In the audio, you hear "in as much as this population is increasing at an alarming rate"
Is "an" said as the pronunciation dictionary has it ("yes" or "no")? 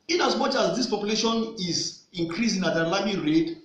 no